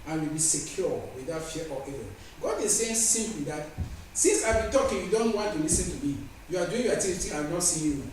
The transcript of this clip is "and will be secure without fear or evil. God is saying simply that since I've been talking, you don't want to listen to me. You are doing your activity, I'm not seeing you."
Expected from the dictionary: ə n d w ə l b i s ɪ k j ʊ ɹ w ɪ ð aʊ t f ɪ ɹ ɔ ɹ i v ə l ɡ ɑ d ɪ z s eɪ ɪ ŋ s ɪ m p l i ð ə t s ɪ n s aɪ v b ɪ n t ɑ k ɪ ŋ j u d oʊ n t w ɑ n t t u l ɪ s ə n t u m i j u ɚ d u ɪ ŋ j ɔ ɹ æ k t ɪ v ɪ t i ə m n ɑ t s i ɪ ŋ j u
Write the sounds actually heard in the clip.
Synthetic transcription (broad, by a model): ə n w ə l b i s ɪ k j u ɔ w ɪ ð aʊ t f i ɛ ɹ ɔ ə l ɡ ɑ d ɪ s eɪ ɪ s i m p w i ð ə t s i n s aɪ b ɪ n t ɑ k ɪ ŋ j u d oʊ n t w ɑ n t t u l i s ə n t u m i j u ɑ d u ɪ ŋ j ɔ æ t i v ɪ t i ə n ɑ t s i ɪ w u